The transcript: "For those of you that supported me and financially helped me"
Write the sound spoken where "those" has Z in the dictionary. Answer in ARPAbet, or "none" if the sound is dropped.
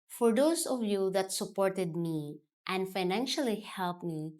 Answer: S